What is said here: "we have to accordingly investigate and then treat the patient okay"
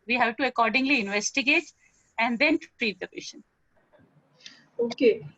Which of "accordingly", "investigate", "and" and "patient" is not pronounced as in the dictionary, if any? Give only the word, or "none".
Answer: patient